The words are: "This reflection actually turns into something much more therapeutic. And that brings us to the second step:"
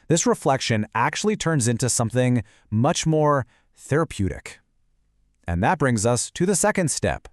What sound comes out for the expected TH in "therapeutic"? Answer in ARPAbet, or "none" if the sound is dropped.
TH